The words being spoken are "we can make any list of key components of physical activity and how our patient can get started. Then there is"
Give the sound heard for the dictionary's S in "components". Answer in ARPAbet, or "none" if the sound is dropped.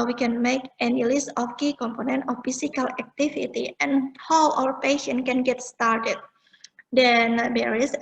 none